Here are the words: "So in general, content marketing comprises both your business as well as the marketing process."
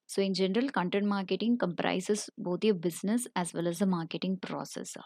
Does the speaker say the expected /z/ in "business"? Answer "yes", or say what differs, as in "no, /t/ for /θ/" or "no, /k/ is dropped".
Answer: no, /s/ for /z/